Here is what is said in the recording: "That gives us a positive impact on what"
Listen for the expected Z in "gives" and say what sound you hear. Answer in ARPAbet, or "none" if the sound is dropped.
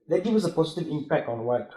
none